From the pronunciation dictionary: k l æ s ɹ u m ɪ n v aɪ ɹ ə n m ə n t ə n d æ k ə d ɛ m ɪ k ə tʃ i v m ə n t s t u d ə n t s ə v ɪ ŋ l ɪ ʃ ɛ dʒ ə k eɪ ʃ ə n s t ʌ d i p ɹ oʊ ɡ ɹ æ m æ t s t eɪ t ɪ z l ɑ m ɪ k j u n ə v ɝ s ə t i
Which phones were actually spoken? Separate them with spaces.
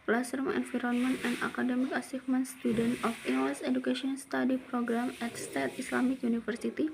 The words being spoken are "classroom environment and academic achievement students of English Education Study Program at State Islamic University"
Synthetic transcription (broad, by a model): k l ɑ s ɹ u m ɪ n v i ɹ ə n m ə n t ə n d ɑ k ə d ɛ m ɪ k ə s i f m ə n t s t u d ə n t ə f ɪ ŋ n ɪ s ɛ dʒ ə k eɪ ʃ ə n s t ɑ d i p ɹ oʊ ɡ ɹ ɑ m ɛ t s t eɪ t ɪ s l ɑ m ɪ k j u n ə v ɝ s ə t i